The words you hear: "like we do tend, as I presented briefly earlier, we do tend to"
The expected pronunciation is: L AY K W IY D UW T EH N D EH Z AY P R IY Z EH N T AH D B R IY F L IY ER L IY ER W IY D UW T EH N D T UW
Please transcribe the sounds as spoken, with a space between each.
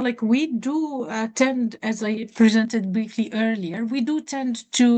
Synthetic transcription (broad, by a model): L AY K W IY D UW T EH N D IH Z AY P R IY Z EH N T AH D B R IY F L IY ER L IY ER W IY D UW T EH N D T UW